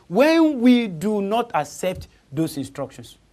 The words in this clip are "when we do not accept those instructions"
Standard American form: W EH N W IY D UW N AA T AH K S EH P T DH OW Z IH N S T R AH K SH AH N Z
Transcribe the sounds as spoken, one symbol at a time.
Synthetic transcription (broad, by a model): W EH N W IY D UW N AA T AH K S EH P T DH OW S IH N S T R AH K SH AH N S